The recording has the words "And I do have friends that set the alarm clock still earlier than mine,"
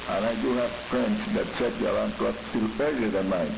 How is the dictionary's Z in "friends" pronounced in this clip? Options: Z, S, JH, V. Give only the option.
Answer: S